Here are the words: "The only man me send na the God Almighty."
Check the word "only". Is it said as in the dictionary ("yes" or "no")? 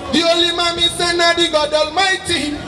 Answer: no